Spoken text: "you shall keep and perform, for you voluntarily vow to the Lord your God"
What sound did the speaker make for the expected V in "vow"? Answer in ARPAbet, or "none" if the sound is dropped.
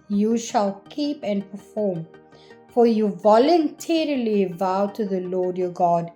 V